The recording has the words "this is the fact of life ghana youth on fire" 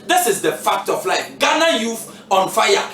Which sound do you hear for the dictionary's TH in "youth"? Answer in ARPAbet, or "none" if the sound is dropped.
F